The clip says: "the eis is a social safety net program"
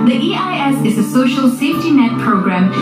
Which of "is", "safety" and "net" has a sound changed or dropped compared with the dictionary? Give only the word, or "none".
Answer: none